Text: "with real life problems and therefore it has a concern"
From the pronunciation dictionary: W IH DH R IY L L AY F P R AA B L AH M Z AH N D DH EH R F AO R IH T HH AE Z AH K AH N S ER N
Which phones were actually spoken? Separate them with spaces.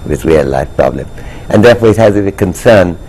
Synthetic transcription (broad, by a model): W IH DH R IY L L AY F P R AA B L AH M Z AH N DH EH R F AO R IH T HH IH Z AH K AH N S ER N